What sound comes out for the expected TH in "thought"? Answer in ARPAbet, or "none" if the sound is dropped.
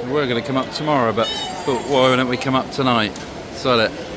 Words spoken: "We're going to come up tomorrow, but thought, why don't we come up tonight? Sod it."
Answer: F